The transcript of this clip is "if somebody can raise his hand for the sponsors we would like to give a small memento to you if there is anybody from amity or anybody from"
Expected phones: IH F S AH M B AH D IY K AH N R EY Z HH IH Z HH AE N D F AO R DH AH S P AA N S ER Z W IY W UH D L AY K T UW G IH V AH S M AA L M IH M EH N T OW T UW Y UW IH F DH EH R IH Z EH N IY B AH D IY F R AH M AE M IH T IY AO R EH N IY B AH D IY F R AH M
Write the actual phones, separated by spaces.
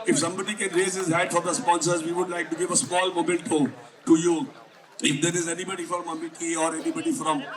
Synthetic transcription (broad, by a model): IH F S AH M B AH D IY K AH N R EY Z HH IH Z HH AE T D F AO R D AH S P AA N S ER Z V IY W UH D L AY K T UW G IH V AH S M AA L M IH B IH L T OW T UW Y UW IH F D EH R IH Z EH N IY B AH D IY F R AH M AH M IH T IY AO R EH N IY B AH D IY F R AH M